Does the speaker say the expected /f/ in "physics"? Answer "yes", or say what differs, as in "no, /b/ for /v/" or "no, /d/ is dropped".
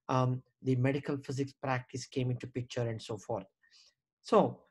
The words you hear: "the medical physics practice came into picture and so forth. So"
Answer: yes